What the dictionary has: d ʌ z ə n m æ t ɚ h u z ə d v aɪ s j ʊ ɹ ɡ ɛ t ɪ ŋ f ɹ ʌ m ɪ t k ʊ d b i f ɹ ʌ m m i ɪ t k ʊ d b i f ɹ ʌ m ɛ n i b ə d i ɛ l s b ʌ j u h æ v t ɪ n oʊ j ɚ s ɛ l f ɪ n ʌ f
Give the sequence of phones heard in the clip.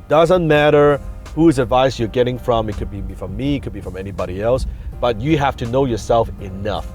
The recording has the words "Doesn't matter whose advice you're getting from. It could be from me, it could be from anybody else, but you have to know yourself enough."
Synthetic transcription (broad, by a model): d ʌ z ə n m æ t ɚ h u z ə d v aɪ s j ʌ ɹ ɡ ɛ t ɪ ŋ f ɹ ʌ m ɪ t k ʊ d b i f ɹ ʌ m m i ɪ t k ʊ d b i f ɹ ʌ m ɛ n i b ə d i ɛ l s b ʌ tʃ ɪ h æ f t ɪ n oʊ j ɚ s ɛ l f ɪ n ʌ f